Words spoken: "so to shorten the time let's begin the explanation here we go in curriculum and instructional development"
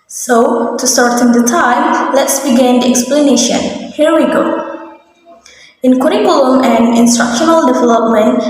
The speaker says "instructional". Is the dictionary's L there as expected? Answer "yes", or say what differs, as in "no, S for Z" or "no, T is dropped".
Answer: yes